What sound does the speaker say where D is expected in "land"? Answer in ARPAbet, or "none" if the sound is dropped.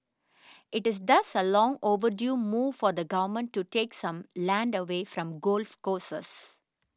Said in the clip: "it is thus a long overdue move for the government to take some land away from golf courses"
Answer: D